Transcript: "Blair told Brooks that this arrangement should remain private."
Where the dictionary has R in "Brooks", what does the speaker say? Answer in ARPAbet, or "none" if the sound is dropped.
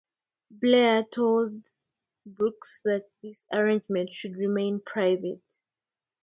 none